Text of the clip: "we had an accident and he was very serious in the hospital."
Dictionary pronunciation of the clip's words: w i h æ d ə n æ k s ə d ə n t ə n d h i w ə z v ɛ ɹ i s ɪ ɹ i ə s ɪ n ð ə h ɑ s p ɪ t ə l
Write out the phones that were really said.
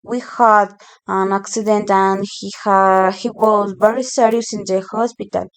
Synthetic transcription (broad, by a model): w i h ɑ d ə n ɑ k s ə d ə n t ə n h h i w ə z b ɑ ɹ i s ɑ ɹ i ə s ɪ n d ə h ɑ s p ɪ t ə l